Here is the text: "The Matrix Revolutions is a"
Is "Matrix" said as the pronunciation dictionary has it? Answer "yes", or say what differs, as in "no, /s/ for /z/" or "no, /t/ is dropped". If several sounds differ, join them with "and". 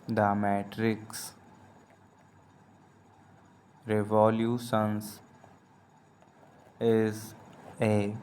yes